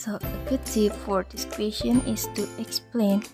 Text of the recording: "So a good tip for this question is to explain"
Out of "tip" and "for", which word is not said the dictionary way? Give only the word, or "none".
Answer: tip